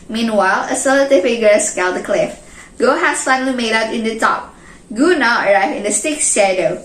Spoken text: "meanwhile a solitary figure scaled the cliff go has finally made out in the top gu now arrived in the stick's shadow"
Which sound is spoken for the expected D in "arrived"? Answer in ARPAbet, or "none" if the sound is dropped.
none